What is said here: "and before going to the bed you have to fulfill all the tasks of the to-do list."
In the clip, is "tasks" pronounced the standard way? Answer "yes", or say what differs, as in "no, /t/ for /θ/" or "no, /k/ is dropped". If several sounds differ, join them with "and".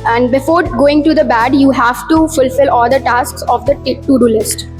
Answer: yes